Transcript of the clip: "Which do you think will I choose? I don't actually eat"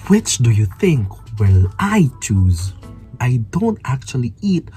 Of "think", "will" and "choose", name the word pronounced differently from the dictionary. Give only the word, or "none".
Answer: none